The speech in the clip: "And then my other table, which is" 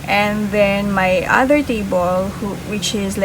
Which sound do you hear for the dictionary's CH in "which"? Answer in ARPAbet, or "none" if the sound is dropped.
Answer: CH